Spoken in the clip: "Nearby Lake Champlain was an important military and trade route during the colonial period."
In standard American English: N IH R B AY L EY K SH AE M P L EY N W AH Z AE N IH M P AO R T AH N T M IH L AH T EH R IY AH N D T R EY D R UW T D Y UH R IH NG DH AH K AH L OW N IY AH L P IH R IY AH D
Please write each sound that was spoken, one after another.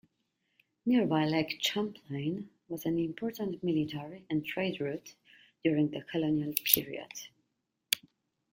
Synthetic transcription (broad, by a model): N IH R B AY L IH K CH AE M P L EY N W AH Z AE N IH M P AO R T AH N T M IH L AH T EH R IY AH N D T R EY D R UW T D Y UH R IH NG DH AH K AH L OW N IY AH L P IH R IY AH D